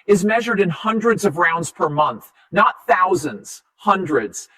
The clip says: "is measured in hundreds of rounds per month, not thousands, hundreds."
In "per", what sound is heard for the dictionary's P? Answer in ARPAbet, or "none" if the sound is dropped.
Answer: P